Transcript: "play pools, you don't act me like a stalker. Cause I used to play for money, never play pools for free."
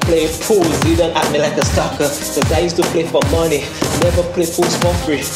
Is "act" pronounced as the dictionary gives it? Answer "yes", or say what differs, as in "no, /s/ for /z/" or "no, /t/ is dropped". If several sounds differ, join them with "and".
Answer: no, /k/ is dropped